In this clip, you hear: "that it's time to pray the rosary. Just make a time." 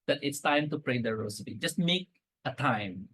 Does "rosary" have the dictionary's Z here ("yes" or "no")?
no